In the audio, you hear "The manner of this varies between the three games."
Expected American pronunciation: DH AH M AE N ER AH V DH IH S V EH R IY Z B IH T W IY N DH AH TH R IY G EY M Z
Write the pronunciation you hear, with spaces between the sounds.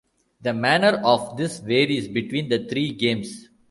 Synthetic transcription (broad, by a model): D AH M AE N ER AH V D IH S V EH R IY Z B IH T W IY N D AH T R IY G EY M S